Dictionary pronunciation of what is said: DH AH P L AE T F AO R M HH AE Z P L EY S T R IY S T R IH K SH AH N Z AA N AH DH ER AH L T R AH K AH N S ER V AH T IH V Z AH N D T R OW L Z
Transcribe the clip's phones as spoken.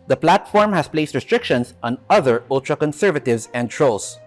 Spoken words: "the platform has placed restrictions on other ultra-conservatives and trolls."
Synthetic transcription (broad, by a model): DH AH P L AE T F AO R M HH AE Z P L EY S T R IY S T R IH K SH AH N S AA N AH DH ER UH L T R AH K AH N S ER V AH T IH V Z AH N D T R OW L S